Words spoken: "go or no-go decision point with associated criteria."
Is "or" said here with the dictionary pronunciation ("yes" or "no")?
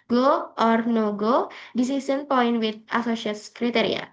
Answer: yes